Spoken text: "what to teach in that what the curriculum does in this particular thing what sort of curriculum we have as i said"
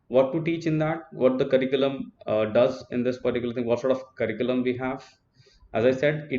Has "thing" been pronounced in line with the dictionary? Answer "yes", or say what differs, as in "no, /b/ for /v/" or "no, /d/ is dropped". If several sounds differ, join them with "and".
no, /t/ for /θ/